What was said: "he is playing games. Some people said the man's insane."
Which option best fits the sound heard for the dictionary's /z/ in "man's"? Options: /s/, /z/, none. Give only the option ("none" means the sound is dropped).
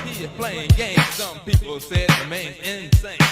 none